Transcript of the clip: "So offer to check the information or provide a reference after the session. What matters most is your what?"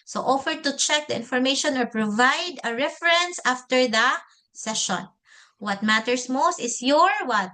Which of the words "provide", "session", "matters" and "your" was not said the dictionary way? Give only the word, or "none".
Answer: matters